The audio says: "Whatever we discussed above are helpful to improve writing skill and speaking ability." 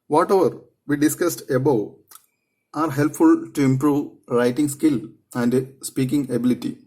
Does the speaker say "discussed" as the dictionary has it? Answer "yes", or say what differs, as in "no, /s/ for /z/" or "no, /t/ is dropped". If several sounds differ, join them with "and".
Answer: yes